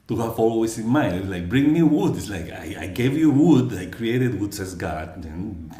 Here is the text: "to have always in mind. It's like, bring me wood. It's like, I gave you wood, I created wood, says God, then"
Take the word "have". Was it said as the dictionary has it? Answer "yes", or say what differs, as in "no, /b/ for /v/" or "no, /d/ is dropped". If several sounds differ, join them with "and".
no, /f/ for /v/